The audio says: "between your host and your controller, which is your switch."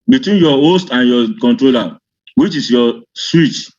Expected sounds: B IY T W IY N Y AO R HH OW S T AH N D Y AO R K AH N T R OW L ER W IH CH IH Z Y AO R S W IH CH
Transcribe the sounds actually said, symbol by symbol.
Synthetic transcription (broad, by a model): B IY T W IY N Y AO HH OW S T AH N Y AO K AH N T R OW L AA W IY CH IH S Y AO S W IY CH